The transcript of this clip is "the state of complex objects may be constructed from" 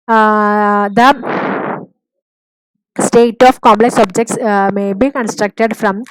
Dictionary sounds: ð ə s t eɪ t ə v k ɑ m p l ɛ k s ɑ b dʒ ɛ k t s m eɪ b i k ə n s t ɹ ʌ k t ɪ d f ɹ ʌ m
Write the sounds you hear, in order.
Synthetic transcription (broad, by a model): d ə s t eɪ t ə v k ɑ m p l ɛ k s ɑ b dʒ ɛ k t s m eɪ b i k ə n s t ɹ ʌ k t ɪ d f ɹ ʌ m